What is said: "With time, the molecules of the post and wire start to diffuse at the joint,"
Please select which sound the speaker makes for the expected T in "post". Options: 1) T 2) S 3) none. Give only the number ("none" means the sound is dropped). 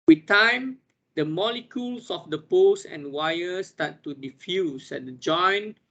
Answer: 3